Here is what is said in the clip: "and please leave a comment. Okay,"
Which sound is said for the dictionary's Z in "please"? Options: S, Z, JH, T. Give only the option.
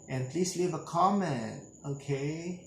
S